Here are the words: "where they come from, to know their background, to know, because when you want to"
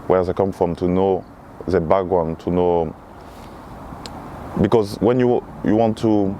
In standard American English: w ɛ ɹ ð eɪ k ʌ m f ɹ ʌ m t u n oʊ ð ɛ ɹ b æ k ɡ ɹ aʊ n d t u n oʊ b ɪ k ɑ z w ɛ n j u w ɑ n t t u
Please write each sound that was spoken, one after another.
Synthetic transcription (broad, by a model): w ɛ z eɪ k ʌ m f ɹ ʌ m t u n oʊ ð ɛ b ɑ ɡ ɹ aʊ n t u n oʊ b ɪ k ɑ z w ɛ n j u w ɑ n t t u